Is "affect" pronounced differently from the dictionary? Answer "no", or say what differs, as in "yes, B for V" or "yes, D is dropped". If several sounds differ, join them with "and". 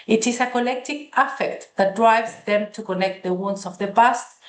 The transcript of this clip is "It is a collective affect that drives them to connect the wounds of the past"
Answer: no